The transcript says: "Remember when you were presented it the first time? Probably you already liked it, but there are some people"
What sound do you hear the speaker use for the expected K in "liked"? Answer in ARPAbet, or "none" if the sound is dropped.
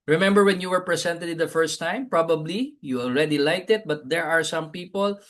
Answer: none